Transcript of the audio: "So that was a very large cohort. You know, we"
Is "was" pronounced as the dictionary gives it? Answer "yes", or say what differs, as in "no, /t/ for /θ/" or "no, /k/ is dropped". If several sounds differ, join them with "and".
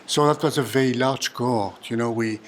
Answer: yes